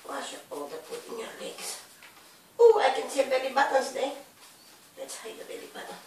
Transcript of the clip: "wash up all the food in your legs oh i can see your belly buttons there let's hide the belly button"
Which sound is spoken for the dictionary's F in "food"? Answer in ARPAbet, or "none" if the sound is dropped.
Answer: P